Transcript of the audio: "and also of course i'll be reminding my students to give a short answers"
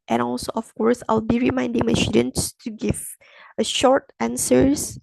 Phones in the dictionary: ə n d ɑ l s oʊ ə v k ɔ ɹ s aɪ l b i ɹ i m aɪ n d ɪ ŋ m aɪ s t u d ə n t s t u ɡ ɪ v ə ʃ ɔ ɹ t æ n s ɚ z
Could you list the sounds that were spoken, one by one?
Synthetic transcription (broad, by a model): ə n ɑ l s oʊ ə f k ɔ ɹ s aɪ l b i ɹ i m aɪ n d ɪ ŋ m aɪ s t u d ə n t s t u ɡ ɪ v ə ʃ ɔ ɹ t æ n s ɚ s